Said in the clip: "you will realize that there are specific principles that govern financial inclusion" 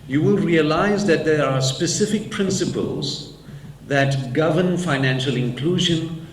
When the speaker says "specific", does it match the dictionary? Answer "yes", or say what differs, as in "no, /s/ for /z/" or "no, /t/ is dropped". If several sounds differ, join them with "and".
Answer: yes